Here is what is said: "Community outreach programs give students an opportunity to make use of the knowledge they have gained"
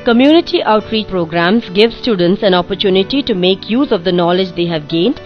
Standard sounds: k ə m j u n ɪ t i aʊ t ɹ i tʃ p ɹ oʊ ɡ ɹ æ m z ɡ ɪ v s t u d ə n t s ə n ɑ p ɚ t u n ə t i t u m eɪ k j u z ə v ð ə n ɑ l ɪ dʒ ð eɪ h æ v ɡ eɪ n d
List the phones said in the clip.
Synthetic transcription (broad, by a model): k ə m j u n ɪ t i aʊ t ɹ i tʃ p ɹ oʊ ɡ ɹ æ m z ɡ ɪ v s t u d ə n t s ə n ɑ p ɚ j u n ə t i t u m eɪ k j u z ə v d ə n ɑ l ɪ dʒ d eɪ h æ v ɡ eɪ n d